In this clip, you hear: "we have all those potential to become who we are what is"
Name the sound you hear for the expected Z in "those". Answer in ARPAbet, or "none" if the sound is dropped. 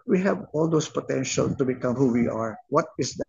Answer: S